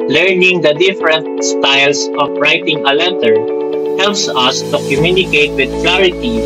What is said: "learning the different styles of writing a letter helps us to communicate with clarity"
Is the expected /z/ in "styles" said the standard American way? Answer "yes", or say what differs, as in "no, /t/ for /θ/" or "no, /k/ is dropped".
no, /s/ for /z/